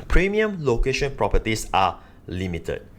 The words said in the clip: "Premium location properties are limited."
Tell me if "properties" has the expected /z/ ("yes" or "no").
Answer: no